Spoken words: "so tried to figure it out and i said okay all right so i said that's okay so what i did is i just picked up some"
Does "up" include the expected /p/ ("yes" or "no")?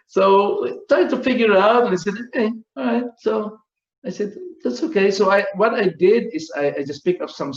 no